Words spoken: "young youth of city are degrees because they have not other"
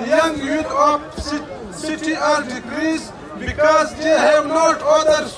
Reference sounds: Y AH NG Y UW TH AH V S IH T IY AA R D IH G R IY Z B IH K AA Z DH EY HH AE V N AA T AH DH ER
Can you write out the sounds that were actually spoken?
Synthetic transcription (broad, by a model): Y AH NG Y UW T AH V S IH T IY AA R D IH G R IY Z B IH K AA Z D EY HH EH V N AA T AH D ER